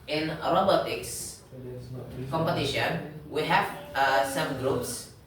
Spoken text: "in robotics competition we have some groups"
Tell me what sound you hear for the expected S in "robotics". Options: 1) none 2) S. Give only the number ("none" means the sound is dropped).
2